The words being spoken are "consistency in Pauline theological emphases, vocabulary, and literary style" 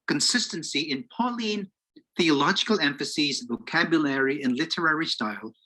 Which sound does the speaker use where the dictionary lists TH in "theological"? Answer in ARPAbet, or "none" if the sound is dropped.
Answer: TH